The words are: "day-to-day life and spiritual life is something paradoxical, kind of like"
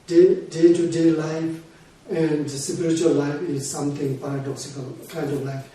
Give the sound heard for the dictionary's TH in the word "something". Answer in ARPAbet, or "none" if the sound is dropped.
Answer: T